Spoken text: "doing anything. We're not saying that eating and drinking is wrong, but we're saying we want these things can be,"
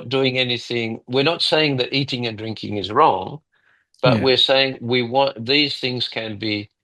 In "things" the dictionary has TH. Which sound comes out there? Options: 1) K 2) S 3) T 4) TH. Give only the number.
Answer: 4